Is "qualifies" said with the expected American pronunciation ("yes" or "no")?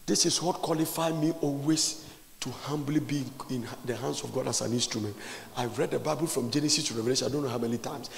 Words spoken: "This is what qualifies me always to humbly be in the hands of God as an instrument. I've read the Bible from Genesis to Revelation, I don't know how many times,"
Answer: no